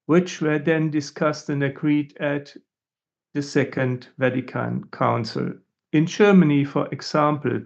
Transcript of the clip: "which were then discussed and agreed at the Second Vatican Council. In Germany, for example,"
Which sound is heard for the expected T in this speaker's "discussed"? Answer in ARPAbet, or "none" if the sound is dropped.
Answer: T